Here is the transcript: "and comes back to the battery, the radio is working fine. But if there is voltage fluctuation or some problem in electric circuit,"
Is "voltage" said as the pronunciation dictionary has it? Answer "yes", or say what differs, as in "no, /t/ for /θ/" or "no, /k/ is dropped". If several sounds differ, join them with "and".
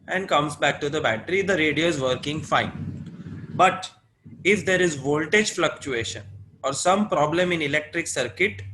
yes